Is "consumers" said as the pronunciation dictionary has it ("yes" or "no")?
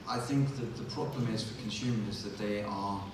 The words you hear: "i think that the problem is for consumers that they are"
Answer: yes